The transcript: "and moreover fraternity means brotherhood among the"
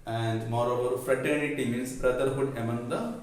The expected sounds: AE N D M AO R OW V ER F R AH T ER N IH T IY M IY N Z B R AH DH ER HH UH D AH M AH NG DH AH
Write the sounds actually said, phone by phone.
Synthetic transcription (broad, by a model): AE N D M AO R OW V ER F R AH T ER N IH T IY M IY N S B R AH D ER HH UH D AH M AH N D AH